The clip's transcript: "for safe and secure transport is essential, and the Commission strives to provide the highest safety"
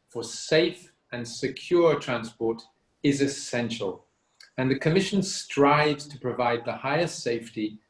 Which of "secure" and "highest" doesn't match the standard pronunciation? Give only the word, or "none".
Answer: none